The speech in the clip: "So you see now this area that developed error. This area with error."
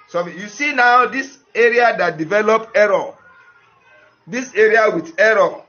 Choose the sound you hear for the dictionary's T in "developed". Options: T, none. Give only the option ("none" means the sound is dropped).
none